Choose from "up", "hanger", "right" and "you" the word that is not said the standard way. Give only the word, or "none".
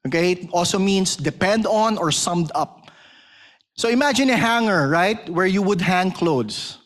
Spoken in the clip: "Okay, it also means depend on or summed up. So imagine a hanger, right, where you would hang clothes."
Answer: none